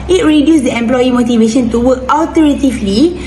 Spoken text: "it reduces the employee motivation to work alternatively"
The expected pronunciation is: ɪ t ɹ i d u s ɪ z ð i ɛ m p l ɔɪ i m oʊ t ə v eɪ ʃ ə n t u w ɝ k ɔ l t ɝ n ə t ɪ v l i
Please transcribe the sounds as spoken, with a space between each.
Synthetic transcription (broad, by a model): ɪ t ɹ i d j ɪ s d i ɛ m p l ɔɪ i m oʊ t ə v eɪ ʃ ə n t u w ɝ k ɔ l t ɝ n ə t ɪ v l i